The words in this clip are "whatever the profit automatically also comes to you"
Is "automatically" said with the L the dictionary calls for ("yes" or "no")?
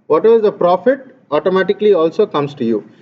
yes